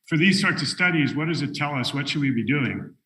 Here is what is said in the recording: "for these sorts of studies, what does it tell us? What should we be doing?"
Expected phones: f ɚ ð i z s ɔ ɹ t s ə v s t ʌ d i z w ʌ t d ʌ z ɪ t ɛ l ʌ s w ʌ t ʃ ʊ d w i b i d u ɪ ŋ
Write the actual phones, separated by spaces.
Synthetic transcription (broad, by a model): f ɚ ð i z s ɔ ɹ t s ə s t ʌ d i z w ʌ t d ʌ z ɪ t ɛ l ʌ s w ʌ t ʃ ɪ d w i b i d u ɪ ŋ